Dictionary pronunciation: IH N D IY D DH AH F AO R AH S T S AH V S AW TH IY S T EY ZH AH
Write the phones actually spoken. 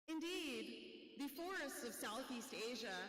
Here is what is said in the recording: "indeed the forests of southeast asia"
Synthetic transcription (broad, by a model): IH N D IY D DH AH F AO R AH S T S AH V S AW TH IY S T EY ZH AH